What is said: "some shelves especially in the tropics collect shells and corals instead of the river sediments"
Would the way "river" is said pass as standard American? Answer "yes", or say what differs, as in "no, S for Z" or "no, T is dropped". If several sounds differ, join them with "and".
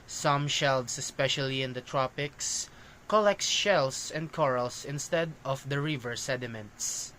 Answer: yes